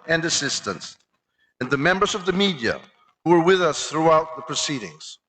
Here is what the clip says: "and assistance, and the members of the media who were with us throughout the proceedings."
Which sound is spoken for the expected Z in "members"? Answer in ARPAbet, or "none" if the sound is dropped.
Z